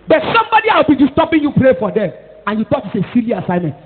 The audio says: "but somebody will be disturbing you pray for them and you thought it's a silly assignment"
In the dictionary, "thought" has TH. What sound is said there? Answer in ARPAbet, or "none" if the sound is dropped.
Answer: T